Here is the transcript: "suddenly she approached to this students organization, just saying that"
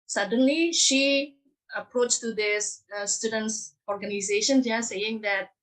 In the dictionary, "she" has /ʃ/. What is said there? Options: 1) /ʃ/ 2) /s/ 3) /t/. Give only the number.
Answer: 1